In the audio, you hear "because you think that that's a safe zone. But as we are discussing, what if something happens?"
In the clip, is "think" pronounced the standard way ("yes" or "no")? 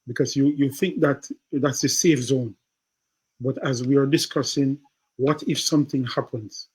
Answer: yes